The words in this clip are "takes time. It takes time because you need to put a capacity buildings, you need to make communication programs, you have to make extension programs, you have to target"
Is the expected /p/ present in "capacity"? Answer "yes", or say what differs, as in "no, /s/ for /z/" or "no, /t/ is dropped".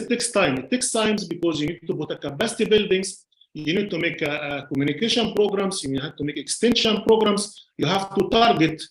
no, /b/ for /p/